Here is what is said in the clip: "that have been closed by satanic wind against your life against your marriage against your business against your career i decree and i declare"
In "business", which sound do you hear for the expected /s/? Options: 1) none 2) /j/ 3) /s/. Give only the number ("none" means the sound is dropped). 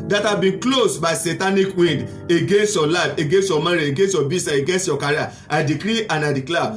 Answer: 1